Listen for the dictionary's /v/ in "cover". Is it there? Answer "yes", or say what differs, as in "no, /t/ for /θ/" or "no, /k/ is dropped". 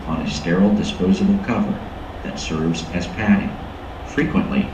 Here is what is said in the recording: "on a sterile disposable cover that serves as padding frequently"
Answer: yes